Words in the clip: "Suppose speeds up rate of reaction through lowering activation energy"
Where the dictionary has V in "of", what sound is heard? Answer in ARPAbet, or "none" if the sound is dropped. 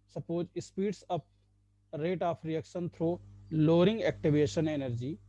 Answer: P